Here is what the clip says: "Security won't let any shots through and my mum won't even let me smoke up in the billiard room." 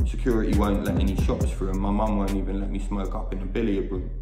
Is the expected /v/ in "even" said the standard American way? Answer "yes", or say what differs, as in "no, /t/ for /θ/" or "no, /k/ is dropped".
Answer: yes